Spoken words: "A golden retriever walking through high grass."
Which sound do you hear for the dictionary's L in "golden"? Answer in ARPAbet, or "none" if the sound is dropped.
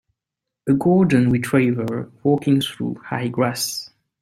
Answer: none